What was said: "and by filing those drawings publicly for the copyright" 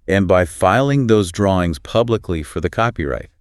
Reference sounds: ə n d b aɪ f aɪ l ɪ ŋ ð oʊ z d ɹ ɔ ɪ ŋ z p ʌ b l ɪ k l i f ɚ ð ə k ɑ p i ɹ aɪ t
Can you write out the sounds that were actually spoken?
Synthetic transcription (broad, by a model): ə n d b aɪ f aɪ l ɪ ŋ ð oʊ z d ɹ ɔ ɪ ŋ z p ʌ b l ɪ k l i f ɚ ð ə k ɑ p i ɹ aɪ t